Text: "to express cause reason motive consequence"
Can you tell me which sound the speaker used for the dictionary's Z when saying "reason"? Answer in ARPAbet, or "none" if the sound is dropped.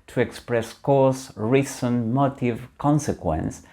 S